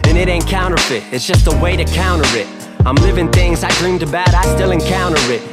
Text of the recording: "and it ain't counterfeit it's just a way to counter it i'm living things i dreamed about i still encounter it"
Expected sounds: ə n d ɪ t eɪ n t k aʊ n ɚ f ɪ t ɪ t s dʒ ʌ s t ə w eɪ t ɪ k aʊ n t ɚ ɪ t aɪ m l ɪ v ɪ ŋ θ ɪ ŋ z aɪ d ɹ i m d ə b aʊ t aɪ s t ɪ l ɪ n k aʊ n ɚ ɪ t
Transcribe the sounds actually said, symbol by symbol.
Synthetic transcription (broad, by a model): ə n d ɪ t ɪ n k aʊ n ɚ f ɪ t ɪ t s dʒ ʌ s t ə w eɪ t ɪ k aʊ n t ɚ ɪ t aɪ m l ɪ v ɪ ŋ θ ɪ ŋ z aɪ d ɹ i m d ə b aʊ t aɪ s t ɪ l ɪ n k aʊ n ɚ ɪ t